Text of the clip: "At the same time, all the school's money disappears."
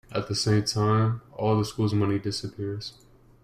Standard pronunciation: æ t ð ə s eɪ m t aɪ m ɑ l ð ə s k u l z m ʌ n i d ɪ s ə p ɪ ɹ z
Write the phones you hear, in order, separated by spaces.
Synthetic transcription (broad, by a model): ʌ t ð ə s eɪ m t aɪ m ɑ l ð ə s k u l z m ʌ n i d ɪ s ə p ɪ ɹ z